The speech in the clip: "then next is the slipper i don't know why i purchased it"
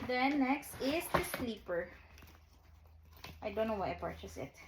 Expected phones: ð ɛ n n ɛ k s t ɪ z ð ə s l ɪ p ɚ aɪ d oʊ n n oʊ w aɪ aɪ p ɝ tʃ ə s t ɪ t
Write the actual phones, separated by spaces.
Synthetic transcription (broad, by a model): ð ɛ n n ɛ k s t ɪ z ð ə s l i p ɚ aɪ d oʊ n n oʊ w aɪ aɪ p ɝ tʃ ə s ɪ t